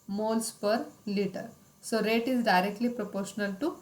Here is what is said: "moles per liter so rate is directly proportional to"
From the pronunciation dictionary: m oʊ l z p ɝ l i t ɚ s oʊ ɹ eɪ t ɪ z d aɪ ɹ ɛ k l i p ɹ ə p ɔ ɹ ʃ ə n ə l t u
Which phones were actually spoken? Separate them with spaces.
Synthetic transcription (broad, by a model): m oʊ l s p ɝ l i t ɚ s oʊ ɹ eɪ t ɪ z d aɪ ɹ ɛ k l i p ɹ ə p ɔ ɹ ʃ ə n ə l t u